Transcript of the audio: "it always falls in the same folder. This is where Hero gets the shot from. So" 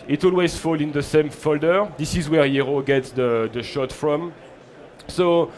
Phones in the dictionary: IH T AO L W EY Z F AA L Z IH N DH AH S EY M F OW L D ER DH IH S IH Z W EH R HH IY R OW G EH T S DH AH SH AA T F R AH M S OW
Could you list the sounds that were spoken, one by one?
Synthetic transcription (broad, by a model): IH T AO L W EY Z F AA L IH N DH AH S EY M F OW L D ER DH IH S IH Z W EH R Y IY R OW G EH T S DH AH SH AA T F R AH M S OW